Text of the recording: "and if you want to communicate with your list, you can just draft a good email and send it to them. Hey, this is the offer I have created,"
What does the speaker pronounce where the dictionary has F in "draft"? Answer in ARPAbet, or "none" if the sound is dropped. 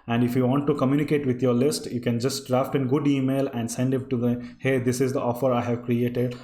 F